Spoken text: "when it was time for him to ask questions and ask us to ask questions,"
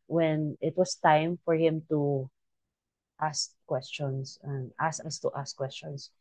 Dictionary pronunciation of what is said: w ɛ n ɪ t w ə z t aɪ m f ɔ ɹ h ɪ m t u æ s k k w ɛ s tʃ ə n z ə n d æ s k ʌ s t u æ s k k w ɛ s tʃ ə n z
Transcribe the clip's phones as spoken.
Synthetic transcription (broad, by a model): w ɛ n ɪ t w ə s t aɪ m f ɔ ɹ h ɪ m t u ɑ s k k w ɛ s tʃ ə n s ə n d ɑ s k ʌ s t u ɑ s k k w ɛ s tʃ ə n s